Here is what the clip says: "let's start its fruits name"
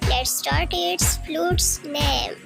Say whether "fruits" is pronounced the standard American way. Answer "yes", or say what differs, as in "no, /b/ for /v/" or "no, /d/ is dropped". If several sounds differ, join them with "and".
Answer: no, /l/ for /ɹ/